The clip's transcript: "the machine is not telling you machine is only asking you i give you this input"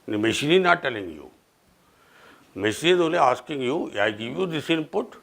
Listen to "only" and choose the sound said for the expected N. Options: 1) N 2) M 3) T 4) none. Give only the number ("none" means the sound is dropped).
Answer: 4